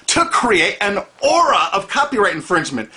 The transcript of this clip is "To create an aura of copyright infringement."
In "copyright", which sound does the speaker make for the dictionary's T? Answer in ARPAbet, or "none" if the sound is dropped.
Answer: T